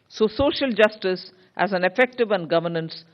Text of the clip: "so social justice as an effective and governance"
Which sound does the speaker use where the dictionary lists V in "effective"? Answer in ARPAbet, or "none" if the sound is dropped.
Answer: V